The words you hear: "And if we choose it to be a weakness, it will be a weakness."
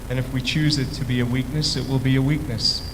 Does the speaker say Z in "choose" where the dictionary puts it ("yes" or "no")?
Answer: yes